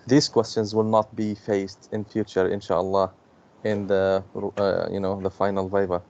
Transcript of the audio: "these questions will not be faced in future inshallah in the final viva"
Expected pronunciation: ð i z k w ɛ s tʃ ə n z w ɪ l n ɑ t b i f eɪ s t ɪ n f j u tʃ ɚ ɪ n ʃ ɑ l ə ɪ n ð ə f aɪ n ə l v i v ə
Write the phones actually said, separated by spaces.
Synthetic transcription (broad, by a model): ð i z k w ɛ s tʃ ə n z w ɪ l n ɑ t b i f eɪ s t ɪ n f j u tʃ ɚ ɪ n ʃ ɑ l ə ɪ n ð ə f aɪ n ə l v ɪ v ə